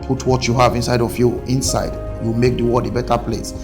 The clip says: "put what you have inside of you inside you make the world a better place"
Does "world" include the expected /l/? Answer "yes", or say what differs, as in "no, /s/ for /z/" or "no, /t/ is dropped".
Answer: no, /l/ is dropped